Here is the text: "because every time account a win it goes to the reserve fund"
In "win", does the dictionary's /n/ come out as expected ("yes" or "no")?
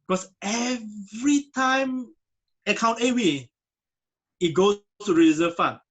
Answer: no